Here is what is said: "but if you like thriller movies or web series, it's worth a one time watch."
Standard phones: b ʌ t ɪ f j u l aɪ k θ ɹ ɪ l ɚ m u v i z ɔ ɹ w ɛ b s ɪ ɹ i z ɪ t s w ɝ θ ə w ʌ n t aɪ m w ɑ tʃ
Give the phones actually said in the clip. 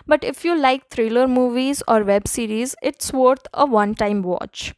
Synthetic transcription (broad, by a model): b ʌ t ɪ f j u l aɪ k t ɹ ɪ l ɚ m u v i z ɔ ɹ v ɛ b s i ɹ i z ɪ t s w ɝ t ə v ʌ n t aɪ m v ɑ tʃ